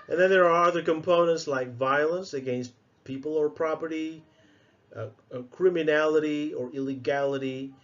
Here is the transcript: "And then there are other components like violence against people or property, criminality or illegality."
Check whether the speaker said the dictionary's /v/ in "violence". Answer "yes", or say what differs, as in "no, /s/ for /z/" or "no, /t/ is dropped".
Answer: yes